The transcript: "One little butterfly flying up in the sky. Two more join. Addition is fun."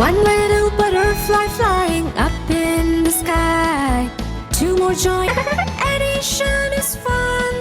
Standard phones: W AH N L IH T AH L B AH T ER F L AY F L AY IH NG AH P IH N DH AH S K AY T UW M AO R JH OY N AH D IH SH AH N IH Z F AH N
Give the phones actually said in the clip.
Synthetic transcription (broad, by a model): AH N L IH T L B AH T ER F L AY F L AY IH NG AH P IH N DH AH S K AY T UW M AO R JH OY AH D IH SH AH N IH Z F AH N